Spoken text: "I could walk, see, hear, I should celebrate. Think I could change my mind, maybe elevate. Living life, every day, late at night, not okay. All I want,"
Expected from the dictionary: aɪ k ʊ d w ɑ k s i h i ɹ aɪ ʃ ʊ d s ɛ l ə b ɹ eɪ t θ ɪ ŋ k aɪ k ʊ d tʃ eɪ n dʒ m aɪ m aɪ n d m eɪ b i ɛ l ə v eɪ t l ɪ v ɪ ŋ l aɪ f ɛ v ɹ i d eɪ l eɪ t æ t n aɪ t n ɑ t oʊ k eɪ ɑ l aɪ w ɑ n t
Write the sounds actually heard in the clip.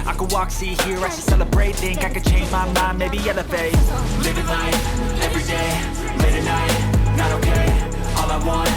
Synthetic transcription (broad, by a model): aɪ k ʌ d w ɑ k s i h i ɹ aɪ s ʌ s ɛ l ə b ɹ eɪ t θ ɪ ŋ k aɪ k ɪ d tʃ eɪ n dʒ m aɪ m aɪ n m eɪ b i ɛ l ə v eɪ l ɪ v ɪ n aɪ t ɛ v ɹ i d eɪ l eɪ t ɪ n aɪ t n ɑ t oʊ k eɪ ɑ l aɪ w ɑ n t